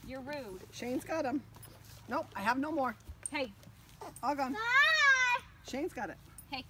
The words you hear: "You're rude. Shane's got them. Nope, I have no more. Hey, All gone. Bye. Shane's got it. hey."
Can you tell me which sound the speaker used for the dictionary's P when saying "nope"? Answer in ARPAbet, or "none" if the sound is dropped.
none